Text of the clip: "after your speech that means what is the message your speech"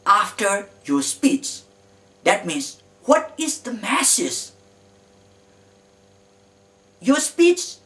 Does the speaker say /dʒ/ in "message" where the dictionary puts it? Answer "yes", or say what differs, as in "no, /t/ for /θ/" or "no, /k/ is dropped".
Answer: no, /z/ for /dʒ/